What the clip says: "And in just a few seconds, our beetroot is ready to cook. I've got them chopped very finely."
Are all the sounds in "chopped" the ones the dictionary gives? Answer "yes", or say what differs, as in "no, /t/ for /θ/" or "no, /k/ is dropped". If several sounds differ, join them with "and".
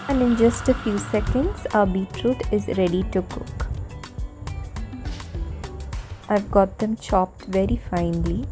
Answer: yes